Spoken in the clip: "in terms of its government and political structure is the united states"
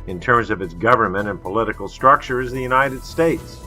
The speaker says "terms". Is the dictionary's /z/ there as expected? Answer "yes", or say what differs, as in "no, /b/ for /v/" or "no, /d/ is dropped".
yes